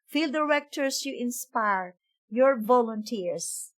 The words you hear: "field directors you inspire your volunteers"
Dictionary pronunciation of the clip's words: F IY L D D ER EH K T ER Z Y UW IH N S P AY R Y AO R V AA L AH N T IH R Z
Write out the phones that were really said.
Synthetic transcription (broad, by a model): F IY L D D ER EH K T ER S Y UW IH N S P AY R Y AO R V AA L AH N T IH R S